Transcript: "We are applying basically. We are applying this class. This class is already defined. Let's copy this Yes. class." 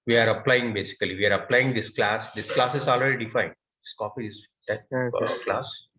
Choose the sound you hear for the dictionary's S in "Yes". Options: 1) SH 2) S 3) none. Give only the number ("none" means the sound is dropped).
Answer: 3